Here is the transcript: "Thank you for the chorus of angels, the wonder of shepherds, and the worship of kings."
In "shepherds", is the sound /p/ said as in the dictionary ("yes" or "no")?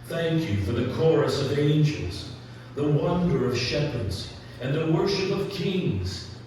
yes